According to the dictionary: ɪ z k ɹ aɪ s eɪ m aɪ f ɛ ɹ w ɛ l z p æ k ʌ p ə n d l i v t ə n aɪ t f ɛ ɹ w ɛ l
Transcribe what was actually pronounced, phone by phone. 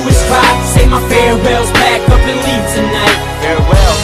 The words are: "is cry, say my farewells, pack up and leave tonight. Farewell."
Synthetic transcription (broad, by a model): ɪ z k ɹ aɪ s eɪ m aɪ f ɛ ɹ w ɛ l z b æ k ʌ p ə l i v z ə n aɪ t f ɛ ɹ w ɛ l